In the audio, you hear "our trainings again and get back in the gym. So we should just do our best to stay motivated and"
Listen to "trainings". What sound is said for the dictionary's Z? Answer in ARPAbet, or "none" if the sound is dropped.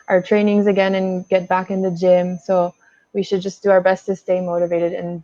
Z